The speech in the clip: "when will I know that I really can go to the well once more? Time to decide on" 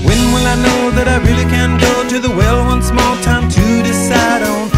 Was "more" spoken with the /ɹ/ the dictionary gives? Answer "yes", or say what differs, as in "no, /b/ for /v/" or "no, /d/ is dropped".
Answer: no, /l/ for /ɹ/